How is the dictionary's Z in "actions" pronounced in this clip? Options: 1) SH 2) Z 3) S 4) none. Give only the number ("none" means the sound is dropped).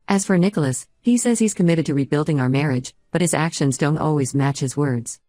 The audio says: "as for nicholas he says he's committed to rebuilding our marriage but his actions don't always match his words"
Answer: 2